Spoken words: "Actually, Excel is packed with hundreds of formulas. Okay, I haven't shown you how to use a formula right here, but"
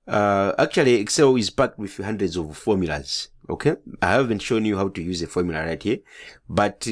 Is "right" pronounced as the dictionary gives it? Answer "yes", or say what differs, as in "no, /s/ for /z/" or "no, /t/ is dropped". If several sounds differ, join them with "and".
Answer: yes